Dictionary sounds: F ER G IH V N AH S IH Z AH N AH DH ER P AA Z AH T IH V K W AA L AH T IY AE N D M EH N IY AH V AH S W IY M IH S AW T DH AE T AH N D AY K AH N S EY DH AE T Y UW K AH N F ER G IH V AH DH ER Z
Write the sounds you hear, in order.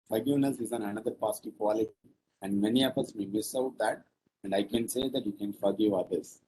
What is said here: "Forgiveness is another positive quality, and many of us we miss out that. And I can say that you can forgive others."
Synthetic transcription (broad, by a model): F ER G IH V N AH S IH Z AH N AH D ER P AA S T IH K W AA L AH T IY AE N D M EH N IY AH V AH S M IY M IH S AW T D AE T AH N D AY K AH N S EY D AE T Y UW K AH N F ER G IH V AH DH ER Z